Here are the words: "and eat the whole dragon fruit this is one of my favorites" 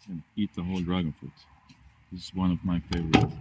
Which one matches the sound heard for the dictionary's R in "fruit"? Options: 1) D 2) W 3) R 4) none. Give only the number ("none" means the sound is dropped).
4